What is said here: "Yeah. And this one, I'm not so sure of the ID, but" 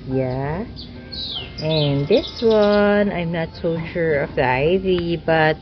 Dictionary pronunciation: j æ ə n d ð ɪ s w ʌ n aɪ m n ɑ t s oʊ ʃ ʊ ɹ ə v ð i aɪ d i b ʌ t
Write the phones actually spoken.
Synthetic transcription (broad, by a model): j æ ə n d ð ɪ s w ʌ n aɪ m n ɑ t s oʊ ʃ ʊ ɹ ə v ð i aɪ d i b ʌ t